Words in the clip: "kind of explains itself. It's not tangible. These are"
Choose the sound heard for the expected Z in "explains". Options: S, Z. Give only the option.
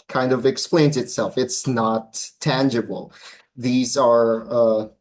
Z